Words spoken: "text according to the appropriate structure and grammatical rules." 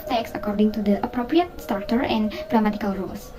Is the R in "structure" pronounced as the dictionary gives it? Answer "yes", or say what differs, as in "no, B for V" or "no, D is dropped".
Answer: no, R is dropped